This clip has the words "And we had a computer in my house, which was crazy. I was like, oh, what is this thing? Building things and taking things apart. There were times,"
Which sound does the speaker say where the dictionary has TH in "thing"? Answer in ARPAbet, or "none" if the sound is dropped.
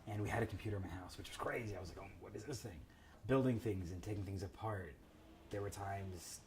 TH